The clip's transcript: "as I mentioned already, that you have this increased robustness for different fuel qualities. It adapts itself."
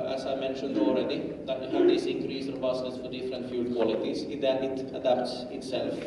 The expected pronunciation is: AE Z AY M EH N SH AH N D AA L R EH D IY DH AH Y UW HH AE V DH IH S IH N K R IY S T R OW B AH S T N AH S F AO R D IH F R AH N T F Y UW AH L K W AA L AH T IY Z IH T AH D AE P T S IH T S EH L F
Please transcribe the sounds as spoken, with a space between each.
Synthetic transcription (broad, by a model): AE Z AY M EH N SH AH N D AA L R EH D IY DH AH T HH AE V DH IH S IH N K R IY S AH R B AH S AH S F AO R D IH F R AH N T F Y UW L K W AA L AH T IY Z IH T AH D AE P T S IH T S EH L F